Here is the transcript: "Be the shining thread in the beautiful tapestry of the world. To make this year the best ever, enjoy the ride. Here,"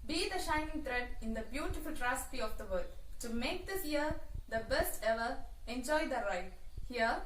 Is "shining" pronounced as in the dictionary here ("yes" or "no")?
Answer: yes